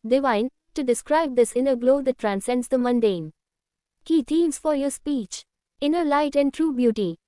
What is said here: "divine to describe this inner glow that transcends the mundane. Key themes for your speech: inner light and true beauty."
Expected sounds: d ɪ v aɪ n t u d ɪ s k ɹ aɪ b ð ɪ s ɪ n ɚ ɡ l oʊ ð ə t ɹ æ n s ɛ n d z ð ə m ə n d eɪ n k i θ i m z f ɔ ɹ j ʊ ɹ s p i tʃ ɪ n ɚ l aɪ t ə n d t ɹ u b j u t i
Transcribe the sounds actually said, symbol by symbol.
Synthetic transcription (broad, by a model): d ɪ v aɪ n t u d ɪ s k ɹ aɪ b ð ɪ s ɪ n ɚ ɡ l oʊ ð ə t ɹ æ n s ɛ n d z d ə m ə n d eɪ n k i t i m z f ɔ ɹ j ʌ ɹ s p i tʃ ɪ n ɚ l aɪ t ə n d t ɹ u b j u t i